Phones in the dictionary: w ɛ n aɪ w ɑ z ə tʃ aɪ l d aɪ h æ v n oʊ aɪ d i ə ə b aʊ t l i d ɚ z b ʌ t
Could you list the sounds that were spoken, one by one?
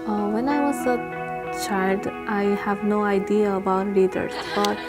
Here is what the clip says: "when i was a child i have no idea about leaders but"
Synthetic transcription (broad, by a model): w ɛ n aɪ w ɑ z ə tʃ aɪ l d aɪ h æ v n oʊ aɪ d i ə ə b aʊ t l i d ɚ s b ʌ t